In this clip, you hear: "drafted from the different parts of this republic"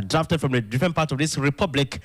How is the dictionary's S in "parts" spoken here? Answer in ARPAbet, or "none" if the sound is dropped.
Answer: none